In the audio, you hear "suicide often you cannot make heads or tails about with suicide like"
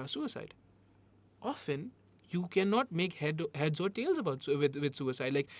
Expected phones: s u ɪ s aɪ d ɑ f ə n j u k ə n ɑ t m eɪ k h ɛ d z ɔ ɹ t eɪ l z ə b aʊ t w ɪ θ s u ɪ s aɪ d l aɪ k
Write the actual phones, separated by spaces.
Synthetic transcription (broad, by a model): s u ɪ s aɪ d ɑ f ə n j u k ə n ɑ t m eɪ k h ɛ d z ɔ ɹ t eɪ l z ə b aʊ t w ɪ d s u ɪ s aɪ d l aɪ k